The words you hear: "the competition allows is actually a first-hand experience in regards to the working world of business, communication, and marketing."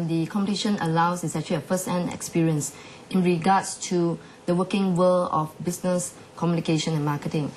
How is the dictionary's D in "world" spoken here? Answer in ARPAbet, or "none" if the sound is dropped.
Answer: none